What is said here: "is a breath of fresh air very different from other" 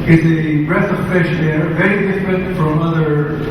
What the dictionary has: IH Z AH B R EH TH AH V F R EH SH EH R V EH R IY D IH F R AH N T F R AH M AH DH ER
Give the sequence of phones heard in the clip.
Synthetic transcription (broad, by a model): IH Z AH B R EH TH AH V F EH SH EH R V EH R IY D IH F R AH N T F R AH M AH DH ER